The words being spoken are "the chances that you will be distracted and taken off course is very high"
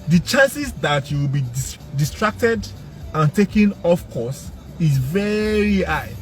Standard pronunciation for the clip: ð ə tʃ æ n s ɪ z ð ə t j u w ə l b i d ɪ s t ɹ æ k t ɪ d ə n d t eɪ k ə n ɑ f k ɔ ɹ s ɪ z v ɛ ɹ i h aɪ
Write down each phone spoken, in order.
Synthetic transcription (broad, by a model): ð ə tʃ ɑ n s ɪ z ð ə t j u w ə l b i d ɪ s t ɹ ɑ k t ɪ d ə n t eɪ k ə n ɑ f k ɔ s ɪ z v ɛ ɹ i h aɪ